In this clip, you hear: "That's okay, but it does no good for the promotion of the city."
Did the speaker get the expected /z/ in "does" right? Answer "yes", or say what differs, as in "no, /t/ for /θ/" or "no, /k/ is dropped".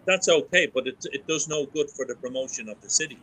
yes